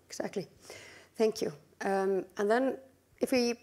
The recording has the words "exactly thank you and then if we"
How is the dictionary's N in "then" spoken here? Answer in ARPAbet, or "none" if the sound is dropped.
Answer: N